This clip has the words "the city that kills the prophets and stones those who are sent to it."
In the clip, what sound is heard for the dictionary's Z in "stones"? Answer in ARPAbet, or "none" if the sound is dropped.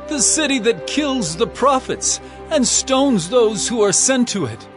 Z